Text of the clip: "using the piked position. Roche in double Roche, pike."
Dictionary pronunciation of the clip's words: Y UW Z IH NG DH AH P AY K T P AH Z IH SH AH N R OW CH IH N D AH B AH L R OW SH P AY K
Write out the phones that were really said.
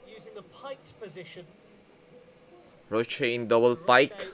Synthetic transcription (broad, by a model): Y UW Z IH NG DH AH P AY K P AH Z IH SH AH N R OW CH IH N D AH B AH L P AY K